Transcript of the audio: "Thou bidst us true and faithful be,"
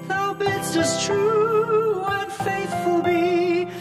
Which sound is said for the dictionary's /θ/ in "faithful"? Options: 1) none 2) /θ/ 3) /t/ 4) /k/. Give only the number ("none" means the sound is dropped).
2